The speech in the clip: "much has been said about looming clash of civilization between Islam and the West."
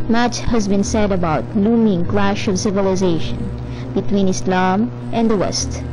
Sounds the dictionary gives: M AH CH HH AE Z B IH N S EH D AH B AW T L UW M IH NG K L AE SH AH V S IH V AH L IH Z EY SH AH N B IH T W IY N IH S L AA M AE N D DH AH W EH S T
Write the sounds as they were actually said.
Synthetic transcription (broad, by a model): M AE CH HH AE Z B IH N S EH D AH B AW T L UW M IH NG K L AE SH AH V S IH V AH L IH Z EY SH AH N B IH T W IY N IH S L AA M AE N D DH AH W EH S T